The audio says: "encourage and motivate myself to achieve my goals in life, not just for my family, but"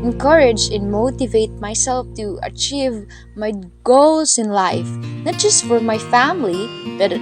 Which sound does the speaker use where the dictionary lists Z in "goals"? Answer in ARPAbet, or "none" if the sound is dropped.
S